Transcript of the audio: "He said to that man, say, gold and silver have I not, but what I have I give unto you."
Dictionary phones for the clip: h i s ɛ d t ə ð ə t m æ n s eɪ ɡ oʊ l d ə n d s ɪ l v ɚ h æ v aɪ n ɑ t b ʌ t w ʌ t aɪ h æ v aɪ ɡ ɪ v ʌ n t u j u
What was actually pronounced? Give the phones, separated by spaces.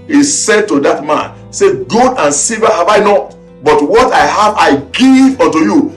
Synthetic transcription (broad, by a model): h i s ɛ d t ə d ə t m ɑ n s eɪ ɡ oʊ d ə n s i v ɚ h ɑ v aɪ n ɑ t b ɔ t w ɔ t aɪ h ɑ v aɪ ɡ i v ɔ n t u j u